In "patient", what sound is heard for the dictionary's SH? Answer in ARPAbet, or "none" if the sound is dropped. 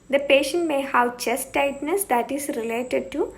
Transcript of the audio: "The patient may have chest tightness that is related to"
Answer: SH